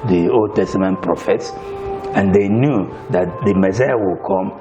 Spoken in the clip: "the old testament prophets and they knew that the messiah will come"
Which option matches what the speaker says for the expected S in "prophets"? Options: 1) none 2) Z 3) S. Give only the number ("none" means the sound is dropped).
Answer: 3